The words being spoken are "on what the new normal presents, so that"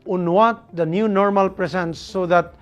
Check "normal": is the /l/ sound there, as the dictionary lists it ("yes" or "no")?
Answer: yes